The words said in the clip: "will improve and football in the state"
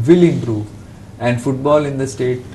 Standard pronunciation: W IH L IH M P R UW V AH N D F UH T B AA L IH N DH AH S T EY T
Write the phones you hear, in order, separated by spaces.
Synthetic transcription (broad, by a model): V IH L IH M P R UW AH N D F UH T B AA L IH N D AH S T EY T